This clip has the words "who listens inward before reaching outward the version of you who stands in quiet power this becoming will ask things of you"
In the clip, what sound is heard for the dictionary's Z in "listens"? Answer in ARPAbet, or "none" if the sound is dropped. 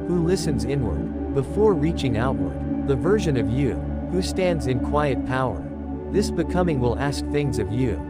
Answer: Z